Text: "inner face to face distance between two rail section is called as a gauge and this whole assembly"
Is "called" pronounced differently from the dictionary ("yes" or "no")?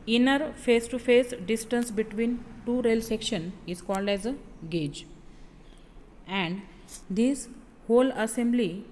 no